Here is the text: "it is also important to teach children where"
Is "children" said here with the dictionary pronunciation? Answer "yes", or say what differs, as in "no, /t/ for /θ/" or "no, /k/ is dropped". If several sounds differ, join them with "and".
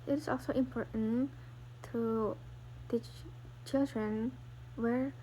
yes